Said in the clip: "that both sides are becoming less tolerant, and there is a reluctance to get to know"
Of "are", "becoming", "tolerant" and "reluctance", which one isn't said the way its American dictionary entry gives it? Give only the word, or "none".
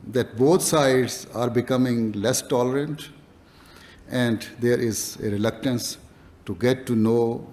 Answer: none